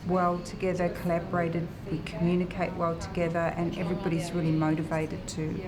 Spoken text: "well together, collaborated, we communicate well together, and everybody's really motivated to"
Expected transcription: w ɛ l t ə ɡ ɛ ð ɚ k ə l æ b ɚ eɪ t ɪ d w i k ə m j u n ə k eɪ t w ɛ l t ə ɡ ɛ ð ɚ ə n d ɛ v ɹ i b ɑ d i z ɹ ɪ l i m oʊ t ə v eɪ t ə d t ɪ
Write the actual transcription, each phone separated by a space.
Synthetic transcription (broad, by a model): w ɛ l t ə ɡ ɛ ð ɚ k ə l æ b ɚ eɪ t ɪ d w i k ə m j u n ə k eɪ t w ɛ l t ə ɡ ɛ ð ɚ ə n ɛ v ɹ i b ɑ d i z ɹ ɪ l i m oʊ t ə v eɪ t ə d t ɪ